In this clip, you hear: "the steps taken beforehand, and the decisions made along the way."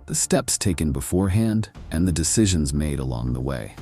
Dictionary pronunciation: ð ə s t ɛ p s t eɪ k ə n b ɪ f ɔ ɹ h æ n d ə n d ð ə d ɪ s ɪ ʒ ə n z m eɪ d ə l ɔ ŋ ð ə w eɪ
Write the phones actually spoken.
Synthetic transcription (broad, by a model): ð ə s t ɛ p s t eɪ k ə n b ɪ f ɔ ɹ h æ n d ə n ð ə d ɪ s ɪ ʒ ə n z m eɪ d ə l ɔ ŋ ð ə w eɪ